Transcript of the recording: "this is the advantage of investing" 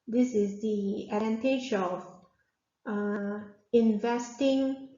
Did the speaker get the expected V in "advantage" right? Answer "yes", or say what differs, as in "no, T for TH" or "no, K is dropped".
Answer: no, V is dropped